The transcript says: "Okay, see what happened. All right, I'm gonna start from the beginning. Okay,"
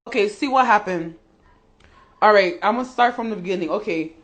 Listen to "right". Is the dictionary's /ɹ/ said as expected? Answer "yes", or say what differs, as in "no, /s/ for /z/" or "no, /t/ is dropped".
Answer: yes